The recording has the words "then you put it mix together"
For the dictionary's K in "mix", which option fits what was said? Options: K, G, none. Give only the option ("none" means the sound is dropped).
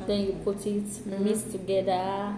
none